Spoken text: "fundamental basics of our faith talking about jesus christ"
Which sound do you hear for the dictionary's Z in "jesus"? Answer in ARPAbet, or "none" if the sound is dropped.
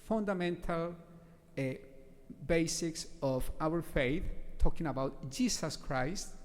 S